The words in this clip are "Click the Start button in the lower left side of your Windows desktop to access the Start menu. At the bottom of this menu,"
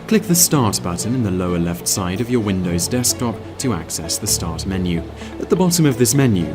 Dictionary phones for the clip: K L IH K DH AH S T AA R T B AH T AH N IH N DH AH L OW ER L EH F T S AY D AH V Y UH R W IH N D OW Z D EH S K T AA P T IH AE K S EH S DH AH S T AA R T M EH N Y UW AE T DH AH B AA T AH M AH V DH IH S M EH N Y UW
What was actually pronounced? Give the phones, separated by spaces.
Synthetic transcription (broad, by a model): K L IH K DH AH S T AA R T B AH T N IH N DH AH L OW ER L EH F T S AY D AH V Y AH R W IH N D OW Z D EH S K T AA P T IH AE K S EH S DH AH S T AA R T M EH N Y UW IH T DH AH B AA T AH M AH V DH IH S M EH N Y UW